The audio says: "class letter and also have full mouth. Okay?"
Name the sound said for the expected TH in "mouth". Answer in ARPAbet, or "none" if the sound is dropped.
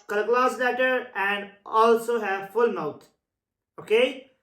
T